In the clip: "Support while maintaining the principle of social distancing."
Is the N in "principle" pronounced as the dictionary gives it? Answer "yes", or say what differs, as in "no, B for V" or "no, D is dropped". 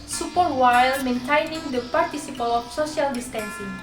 no, N is dropped